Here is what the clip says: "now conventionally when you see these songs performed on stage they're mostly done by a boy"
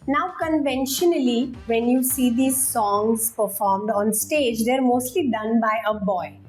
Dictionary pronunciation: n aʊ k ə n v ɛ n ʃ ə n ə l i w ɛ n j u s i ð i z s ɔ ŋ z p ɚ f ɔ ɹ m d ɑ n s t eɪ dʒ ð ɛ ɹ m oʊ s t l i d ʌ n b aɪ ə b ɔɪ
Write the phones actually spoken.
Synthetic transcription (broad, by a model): n aʊ k ə n v ɛ n ʃ ə n ə l i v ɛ n j u s i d i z s ɔ ŋ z p ɚ f ɔ ɹ m d ɑ n s t eɪ dʒ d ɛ ɹ m oʊ s t l i d ʌ n b aɪ ə b ɔɪ